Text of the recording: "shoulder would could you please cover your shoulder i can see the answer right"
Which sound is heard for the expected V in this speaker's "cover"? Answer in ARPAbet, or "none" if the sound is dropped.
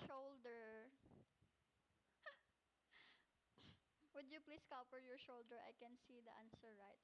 P